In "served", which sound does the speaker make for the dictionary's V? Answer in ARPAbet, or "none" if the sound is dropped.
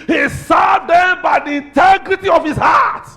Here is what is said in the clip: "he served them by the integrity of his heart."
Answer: none